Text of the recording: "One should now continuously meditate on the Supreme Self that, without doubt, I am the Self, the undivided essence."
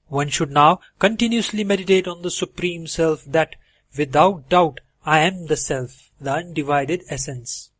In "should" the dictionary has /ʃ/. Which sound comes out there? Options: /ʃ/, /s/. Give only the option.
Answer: /ʃ/